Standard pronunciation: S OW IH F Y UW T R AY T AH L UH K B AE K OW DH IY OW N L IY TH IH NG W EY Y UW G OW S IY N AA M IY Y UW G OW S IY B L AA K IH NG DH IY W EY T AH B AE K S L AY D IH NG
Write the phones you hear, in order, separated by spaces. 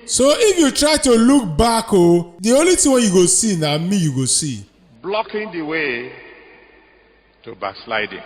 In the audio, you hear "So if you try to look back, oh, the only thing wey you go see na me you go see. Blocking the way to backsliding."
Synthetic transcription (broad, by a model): S OW IH F Y UW T R AY T AH L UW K B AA K OW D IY OW L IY T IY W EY Y UW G OW S IY N AA M IY Y UW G OW S IY B L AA K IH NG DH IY W EY T AH B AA K S L AY D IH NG